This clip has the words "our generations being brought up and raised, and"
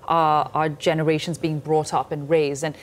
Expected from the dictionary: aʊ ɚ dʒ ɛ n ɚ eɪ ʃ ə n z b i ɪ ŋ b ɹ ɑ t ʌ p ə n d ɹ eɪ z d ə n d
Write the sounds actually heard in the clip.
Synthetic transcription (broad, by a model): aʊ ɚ dʒ ɛ n ɚ eɪ ʃ ə n z b i ɪ ŋ b ɹ ɑ t ʌ p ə n ɹ eɪ z d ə n